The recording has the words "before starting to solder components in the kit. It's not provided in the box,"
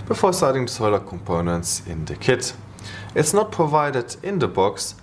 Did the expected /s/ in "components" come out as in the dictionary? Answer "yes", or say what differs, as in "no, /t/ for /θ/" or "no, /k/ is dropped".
yes